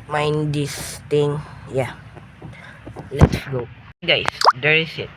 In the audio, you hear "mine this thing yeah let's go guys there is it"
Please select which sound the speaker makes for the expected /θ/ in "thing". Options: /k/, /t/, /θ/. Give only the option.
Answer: /t/